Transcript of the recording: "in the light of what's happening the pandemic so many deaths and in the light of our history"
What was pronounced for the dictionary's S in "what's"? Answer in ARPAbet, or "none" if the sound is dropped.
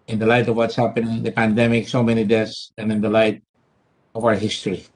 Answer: S